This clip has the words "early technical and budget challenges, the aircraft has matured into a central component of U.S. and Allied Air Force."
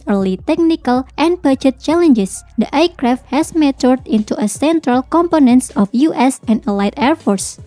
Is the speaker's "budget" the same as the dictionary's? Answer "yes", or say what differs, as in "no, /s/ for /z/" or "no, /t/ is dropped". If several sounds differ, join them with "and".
no, /tʃ/ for /dʒ/